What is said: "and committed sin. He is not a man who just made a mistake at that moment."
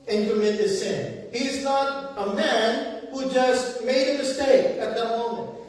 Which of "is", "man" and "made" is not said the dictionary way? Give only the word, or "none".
none